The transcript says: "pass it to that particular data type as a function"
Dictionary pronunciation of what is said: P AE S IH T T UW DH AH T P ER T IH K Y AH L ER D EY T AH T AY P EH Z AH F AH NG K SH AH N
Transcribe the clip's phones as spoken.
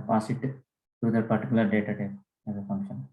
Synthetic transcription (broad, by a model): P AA S IH T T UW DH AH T P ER T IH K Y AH L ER D EY T AH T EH EH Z AH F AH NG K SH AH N